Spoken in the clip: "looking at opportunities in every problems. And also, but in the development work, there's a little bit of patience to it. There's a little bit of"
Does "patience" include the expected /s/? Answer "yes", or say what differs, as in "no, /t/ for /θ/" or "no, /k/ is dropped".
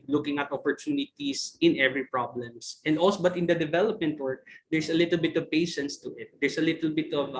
yes